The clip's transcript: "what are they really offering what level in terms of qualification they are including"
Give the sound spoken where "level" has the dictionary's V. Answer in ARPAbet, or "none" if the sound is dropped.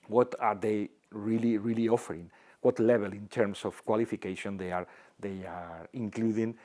B